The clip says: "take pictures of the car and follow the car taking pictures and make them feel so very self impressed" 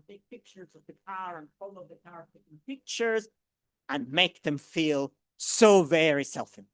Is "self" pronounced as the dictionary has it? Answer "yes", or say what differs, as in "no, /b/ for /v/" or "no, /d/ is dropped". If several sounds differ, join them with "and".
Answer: yes